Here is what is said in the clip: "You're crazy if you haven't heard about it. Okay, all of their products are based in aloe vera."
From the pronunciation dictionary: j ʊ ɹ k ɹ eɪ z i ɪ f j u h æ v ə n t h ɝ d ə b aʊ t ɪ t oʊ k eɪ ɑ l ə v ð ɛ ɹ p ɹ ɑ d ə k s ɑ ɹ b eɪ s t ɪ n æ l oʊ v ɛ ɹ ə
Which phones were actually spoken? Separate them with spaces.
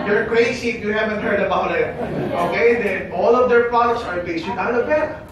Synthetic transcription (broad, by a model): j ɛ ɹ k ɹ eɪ s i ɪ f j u h æ v ə n t h ɝ d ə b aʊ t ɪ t oʊ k eɪ ɑ l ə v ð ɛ ɹ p ɹ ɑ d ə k s ɑ ɹ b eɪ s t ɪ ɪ oʊ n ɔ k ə